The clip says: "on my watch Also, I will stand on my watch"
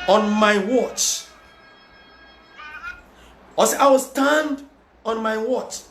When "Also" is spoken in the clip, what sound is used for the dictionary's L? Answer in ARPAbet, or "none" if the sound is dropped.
none